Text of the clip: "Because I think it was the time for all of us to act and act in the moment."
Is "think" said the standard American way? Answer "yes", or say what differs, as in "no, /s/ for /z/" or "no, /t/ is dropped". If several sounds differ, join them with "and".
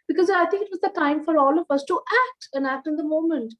no, /t/ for /θ/